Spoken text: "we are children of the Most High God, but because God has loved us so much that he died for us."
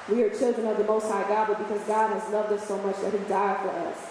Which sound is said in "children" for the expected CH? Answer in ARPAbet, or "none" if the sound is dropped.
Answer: CH